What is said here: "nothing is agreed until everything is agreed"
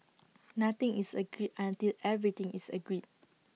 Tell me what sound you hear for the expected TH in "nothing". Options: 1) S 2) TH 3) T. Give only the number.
3